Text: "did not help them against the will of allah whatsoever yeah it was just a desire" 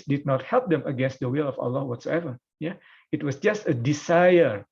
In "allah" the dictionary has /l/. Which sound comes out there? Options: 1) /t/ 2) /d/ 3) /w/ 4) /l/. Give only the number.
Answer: 4